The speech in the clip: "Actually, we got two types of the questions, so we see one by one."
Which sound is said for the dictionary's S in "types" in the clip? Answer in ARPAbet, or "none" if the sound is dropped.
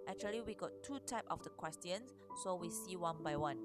none